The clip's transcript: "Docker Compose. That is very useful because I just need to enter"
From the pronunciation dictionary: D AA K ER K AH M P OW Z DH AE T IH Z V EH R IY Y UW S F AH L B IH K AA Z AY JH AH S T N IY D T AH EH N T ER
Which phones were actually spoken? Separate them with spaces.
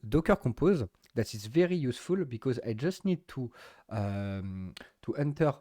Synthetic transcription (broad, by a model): D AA K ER K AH P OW Z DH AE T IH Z V EH R IY Y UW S F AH L B IH K AA Z AY JH AH S T N IY D T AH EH N T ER